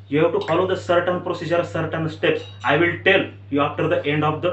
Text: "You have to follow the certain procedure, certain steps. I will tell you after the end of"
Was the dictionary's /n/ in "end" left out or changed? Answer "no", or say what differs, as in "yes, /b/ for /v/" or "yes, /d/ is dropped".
no